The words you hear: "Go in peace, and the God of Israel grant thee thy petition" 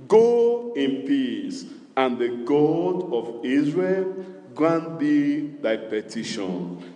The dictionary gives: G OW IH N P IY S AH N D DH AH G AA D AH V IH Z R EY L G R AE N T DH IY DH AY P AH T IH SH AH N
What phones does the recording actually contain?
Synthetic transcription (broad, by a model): G OW IH N P IY S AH N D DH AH G AA D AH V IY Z R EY L G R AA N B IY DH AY P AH T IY SH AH N